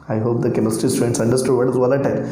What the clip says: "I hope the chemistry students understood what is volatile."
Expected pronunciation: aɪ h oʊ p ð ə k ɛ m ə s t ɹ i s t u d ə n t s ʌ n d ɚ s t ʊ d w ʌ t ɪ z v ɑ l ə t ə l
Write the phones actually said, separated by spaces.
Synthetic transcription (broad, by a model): aɪ h oʊ p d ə k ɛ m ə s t i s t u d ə n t s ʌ n d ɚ s t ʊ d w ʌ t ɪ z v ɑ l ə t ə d